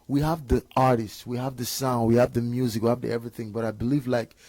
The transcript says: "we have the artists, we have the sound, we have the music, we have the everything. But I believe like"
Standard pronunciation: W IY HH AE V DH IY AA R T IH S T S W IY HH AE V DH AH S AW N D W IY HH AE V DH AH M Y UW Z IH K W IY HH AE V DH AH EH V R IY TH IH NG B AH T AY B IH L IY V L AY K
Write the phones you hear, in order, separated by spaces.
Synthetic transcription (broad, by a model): W IY HH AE V DH IY AA R T IH S T S W IY HH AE V DH AH S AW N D W IY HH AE V DH AH M Y UW Z IH K W IY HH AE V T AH EH V R IY TH IH NG B AH T AY B IH L IY V L AY K